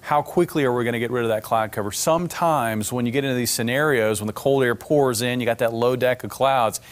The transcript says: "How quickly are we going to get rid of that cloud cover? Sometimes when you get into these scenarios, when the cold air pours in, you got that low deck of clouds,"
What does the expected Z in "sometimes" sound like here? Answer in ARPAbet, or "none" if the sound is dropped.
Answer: Z